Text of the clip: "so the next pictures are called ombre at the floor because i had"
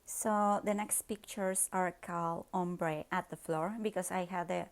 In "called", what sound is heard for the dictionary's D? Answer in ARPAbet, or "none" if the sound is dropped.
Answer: none